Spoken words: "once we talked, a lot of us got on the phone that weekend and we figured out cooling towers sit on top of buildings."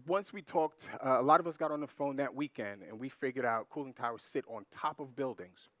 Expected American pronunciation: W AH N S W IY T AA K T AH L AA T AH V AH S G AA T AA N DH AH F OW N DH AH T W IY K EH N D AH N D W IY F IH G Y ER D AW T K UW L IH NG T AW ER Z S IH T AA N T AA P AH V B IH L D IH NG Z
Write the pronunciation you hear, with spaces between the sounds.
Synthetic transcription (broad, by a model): W AH N S W IY T AA K T AH L AA T AH V AH S G AA T N DH AH F OW N DH AH T W IY K EH N D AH N W IY F IH G Y ER D AW T K UW L IH NG T AW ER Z S IH T N T AA P AH V B IH L D IH NG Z